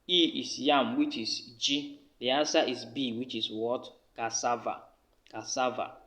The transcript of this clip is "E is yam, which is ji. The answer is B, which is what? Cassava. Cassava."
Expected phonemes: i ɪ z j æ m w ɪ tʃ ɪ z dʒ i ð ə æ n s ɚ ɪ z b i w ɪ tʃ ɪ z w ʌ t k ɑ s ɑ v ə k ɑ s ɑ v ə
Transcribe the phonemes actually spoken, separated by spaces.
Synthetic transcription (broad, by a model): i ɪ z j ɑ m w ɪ tʃ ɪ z dʒ i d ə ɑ s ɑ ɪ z b i w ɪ tʃ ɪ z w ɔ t k ɑ s ɑ v ə k ɑ s ɑ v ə